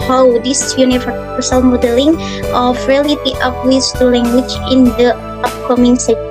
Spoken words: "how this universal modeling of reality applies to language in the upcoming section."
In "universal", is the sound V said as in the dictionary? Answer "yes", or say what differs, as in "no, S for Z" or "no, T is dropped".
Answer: no, F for V